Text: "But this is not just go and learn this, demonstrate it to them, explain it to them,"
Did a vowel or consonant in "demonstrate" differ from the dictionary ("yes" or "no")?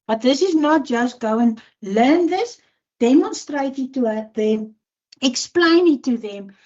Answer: no